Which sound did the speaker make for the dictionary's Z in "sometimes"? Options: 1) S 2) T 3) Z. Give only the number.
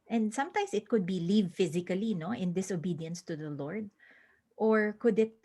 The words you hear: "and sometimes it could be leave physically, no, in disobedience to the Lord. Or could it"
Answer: 1